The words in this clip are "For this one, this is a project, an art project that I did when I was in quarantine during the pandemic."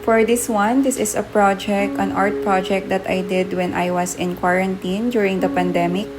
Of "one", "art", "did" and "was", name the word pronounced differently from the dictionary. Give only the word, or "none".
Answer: was